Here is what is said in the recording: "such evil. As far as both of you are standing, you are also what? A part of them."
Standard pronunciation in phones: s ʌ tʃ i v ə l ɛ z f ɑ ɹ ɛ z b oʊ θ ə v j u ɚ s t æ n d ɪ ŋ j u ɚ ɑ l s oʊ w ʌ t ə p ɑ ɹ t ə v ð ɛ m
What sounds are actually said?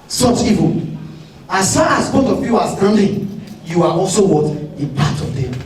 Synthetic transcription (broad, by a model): s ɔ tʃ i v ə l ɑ s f ɑ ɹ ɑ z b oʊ t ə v j u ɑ s t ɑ n d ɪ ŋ j u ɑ ɑ l s oʊ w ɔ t ə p ɑ t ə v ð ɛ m